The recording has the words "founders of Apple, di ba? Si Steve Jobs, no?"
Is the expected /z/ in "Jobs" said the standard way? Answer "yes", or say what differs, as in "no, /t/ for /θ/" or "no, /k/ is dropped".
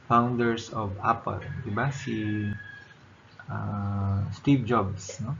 no, /s/ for /z/